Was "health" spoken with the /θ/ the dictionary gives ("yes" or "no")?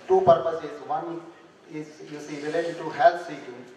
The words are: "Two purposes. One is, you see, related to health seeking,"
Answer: no